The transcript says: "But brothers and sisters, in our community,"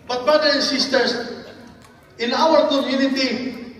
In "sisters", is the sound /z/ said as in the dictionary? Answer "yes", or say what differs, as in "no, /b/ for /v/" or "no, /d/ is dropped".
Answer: no, /s/ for /z/